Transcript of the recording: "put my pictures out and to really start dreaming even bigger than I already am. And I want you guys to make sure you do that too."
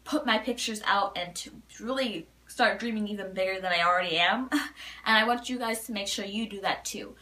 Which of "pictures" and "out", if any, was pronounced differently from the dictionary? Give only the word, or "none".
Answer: none